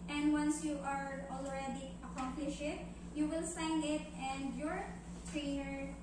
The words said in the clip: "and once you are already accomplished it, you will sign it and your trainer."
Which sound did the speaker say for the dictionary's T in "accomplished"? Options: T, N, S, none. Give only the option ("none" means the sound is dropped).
none